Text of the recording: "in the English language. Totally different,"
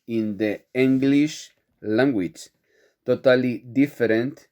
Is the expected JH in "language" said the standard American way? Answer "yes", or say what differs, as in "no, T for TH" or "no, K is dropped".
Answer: no, CH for JH